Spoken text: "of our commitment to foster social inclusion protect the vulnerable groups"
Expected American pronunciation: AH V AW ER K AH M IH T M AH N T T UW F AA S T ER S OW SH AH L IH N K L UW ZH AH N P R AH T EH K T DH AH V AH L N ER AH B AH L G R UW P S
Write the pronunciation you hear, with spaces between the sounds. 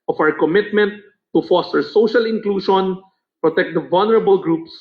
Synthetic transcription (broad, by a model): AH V AW ER K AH M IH T M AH N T T UW F AA S T ER S OW SH AH L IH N K L UW SH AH N P R AH T EH K T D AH V AH L N ER AH B AH L G R UW P S